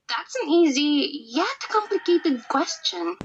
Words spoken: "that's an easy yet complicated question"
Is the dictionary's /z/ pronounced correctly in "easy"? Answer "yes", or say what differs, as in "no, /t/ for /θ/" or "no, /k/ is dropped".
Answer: yes